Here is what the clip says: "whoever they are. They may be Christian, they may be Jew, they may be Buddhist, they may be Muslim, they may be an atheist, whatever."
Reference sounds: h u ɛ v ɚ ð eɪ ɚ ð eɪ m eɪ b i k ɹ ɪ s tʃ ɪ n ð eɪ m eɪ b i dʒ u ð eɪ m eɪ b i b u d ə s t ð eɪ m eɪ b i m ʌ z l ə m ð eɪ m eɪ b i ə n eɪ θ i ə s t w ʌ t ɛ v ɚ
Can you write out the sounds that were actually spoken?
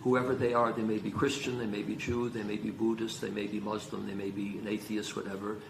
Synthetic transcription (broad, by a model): h u ɛ v ɚ ð eɪ ɚ ð eɪ m eɪ b i k ɹ ɪ s tʃ ɪ n ð eɪ m eɪ b i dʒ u ð eɪ m eɪ b i b u d ə s t ð eɪ m eɪ b i m ʌ z l ə m ð eɪ m eɪ b i ə n eɪ θ i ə s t w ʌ t ɛ v ɚ